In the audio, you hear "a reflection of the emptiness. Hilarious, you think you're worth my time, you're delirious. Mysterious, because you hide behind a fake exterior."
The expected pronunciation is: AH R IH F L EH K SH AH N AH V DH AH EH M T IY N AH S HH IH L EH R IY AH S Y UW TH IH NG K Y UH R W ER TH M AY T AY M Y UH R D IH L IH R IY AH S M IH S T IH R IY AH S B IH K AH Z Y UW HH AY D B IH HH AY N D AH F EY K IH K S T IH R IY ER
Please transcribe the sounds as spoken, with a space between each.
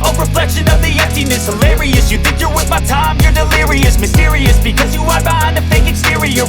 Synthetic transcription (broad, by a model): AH R IH F L EH K SH AH N AH V DH AH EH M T IY N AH S HH IH L EH R IY AH S Y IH TH IH NG K Y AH R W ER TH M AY T AY M Y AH R D IH L IH R IY AH S M IH S T IH R IY AH S B IH K AH Z Y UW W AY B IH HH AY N AH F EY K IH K S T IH R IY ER